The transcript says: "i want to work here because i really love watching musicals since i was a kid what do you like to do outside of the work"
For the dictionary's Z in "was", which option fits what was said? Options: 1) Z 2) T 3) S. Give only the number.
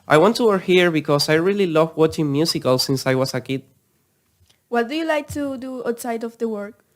3